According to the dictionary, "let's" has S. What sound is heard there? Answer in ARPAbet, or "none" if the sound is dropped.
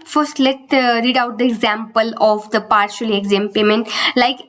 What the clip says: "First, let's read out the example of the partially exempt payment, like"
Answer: none